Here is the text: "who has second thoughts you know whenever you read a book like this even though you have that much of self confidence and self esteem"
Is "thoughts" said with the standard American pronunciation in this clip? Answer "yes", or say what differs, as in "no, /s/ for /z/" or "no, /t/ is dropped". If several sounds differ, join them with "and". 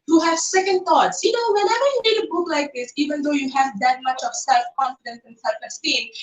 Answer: no, /t/ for /θ/